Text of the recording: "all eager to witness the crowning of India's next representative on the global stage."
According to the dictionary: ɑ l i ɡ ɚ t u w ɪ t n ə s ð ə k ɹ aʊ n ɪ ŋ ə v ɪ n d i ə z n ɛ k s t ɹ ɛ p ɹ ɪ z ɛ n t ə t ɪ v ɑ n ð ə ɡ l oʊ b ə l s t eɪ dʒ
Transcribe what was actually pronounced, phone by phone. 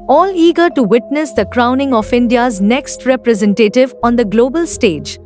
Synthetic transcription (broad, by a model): ɑ l i ɡ ɚ t u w ɪ t n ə s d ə k ɹ aʊ n ɪ ŋ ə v ɪ n d i ə z n ɛ k s t ɹ ɛ p ɹ ɪ z ɛ n t ə t ɪ v ɑ n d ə ɡ l oʊ b ə l s t eɪ dʒ